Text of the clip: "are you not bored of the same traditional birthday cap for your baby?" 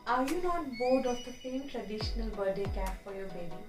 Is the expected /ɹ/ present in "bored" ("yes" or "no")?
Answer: yes